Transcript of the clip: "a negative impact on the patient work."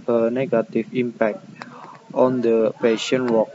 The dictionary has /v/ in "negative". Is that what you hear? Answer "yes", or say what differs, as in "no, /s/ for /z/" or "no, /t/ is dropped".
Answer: no, /f/ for /v/